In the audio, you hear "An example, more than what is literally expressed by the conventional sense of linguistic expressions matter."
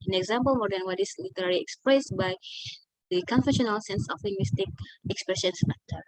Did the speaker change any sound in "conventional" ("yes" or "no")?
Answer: yes